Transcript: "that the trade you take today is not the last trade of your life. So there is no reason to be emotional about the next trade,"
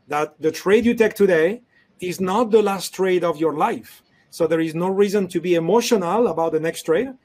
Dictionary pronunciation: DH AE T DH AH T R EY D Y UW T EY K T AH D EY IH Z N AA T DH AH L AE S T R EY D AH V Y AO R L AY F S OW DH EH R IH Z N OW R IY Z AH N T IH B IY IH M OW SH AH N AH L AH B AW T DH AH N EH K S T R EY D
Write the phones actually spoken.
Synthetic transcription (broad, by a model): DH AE T DH AH T R EY D Y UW T EY K T AH D EY IH Z N AA T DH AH L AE S T R EY D AH V Y AO R L AY F S OW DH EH R IH Z N OW R IY Z AH N T IH B IY IH M OW SH AH N AH L AH B AW T DH AH N EH K S T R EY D